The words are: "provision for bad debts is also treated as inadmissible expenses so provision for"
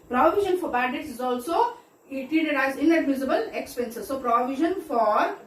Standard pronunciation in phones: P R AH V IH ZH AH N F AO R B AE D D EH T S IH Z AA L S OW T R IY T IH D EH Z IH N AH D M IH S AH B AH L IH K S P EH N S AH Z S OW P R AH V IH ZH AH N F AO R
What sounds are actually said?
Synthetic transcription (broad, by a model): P R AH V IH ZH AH N F AO R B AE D D EH T S IH Z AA L S OW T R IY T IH IH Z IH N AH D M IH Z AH B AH L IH K S P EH N S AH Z S OW P R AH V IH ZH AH N F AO R